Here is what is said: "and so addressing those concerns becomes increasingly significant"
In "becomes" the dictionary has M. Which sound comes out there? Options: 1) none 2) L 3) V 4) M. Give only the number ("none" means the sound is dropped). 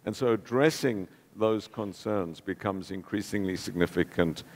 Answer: 4